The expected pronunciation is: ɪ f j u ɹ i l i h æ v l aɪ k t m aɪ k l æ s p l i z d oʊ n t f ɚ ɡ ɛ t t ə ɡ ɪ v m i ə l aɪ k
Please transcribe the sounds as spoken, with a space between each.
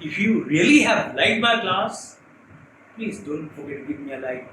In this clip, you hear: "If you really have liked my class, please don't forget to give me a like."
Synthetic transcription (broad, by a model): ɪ f j u ɹ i l i h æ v l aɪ t m aɪ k l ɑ s p l i z d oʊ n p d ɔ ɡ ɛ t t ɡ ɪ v m i ə l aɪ